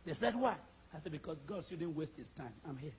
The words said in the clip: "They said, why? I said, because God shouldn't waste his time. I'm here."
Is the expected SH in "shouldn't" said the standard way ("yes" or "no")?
no